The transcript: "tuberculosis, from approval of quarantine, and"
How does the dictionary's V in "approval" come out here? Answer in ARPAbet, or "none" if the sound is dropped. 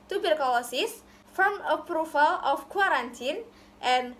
F